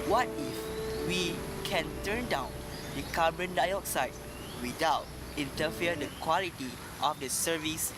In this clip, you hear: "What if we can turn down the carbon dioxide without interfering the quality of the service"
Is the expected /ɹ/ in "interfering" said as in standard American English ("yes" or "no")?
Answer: no